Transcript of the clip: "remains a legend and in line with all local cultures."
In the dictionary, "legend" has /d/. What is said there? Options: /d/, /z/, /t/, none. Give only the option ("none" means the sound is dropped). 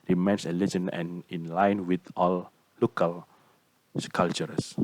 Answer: none